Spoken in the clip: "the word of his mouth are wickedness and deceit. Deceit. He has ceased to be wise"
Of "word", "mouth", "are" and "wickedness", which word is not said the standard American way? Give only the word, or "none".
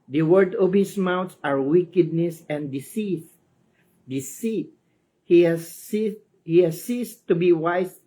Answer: mouth